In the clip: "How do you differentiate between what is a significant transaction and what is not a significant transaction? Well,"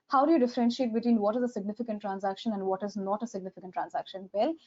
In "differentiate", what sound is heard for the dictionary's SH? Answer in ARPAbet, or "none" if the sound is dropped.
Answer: SH